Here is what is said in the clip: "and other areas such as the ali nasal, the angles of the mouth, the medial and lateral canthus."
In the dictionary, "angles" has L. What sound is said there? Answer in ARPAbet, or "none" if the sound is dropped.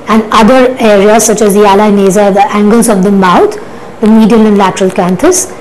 L